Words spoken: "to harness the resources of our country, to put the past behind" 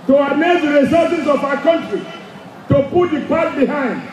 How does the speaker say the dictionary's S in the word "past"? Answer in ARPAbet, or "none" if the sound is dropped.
none